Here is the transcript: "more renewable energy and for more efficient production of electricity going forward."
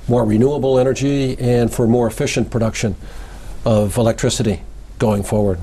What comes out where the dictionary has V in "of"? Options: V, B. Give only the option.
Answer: V